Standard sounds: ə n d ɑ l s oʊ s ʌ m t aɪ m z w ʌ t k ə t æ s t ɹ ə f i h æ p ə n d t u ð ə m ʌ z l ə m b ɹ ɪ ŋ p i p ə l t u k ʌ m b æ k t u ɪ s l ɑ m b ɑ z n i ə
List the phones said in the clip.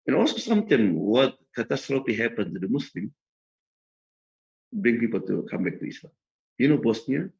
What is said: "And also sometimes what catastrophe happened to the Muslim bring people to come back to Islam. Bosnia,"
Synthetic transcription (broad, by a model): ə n ɑ l s oʊ s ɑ m t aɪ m w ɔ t k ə t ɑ s t ɹ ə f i h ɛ p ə n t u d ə m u s l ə m b ɹ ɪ ŋ p i p ə l t u k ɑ m b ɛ k t u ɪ s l ɑ m b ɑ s n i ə